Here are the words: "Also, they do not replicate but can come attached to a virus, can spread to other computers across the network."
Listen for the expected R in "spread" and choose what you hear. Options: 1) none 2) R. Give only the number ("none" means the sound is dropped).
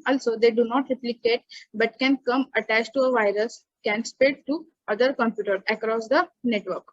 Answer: 1